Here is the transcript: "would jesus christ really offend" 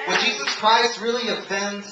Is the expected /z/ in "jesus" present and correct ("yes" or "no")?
yes